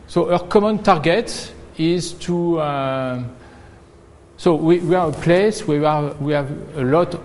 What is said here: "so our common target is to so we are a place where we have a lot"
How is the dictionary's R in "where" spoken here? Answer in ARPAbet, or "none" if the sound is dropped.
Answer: W